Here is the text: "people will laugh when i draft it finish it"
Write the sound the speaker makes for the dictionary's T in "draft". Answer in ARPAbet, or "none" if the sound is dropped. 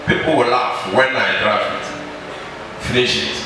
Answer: none